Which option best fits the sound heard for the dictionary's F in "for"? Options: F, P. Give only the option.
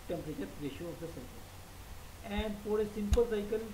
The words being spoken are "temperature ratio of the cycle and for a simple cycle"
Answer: P